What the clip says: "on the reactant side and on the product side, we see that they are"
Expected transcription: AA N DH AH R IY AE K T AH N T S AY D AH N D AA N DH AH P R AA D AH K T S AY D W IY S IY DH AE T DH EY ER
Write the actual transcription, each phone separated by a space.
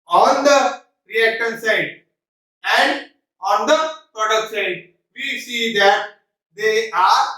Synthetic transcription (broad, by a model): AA N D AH R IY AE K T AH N S AY D AH N D AA N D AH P AA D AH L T S AY D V IY S IY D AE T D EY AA